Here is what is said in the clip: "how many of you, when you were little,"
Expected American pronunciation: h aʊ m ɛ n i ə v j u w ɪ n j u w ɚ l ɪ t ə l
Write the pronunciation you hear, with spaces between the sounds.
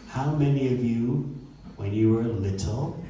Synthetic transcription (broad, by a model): h aʊ m ɛ n i ə v j u w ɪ n j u w ɚ l ɪ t l